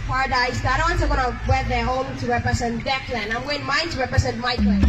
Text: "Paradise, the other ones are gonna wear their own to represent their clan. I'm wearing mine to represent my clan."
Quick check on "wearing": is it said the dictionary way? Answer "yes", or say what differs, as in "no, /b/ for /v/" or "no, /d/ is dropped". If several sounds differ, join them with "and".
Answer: no, /ɹ/ is dropped